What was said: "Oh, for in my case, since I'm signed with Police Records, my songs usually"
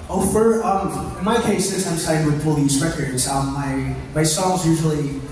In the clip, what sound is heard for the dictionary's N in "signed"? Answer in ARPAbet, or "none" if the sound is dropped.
none